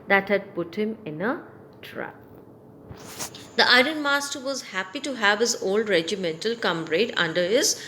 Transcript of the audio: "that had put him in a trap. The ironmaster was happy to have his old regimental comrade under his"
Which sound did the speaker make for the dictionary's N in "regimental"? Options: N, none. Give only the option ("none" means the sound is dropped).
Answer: N